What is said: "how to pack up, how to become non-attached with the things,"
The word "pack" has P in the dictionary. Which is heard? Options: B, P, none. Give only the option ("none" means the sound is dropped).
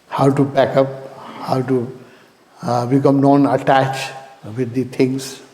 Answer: B